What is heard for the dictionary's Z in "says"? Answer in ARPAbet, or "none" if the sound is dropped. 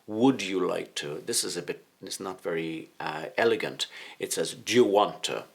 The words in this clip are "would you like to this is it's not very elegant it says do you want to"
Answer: Z